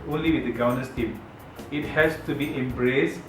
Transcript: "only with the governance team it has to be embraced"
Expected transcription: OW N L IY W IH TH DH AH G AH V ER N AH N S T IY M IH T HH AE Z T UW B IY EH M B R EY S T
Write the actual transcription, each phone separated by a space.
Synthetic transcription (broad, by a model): OW N L IY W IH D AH G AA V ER N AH S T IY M IH T HH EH S T UW B IY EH M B R EY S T